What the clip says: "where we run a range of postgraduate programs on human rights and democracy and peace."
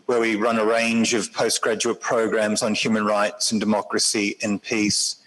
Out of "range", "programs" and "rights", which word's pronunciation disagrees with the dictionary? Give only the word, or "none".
none